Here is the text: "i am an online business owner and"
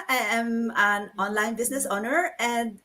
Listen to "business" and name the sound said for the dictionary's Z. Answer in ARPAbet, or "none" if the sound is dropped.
S